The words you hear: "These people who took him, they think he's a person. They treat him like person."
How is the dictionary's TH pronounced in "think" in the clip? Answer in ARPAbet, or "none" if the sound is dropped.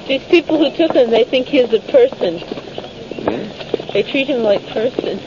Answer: TH